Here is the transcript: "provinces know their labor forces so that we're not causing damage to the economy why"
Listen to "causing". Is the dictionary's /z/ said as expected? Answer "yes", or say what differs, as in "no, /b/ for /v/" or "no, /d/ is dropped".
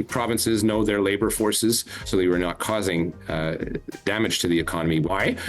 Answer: yes